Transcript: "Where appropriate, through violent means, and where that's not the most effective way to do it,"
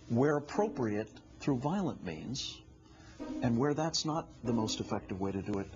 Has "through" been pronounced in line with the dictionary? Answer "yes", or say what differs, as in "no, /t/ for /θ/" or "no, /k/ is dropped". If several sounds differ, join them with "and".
yes